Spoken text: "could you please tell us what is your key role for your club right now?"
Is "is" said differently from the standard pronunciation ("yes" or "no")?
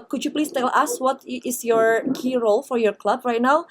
yes